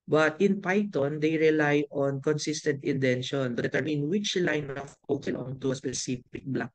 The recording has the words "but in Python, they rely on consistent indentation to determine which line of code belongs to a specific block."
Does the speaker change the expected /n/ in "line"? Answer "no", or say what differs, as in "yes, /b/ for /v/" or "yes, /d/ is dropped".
no